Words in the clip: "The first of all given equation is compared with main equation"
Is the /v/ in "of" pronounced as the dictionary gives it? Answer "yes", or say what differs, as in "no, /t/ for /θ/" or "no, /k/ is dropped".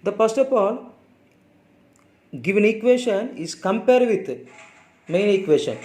no, /p/ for /v/